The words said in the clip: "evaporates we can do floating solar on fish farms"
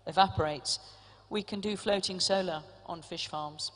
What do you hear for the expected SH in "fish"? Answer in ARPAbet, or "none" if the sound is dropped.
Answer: SH